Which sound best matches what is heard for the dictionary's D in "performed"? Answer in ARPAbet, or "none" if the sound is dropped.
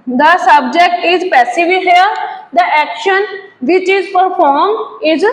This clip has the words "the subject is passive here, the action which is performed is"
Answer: none